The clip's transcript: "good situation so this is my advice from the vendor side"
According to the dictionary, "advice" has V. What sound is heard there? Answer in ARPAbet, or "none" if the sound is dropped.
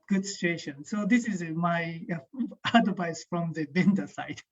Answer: B